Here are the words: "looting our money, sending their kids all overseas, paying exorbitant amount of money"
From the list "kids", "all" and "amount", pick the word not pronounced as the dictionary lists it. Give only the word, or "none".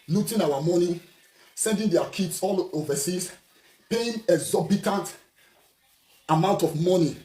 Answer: kids